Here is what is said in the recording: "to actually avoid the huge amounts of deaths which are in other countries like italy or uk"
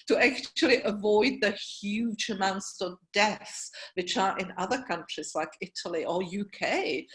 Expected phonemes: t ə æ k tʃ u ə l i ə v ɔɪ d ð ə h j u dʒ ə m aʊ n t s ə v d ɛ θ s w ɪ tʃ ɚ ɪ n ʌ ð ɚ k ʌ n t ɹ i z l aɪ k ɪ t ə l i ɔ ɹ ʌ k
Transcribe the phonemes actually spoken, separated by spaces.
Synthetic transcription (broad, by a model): t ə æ k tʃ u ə l i ə v ɔɪ d ð ə h j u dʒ ə m aʊ n t s ə v d ɛ θ s w ɪ tʃ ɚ ɪ n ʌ ð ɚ k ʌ n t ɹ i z l aɪ k ɪ t ə l i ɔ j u k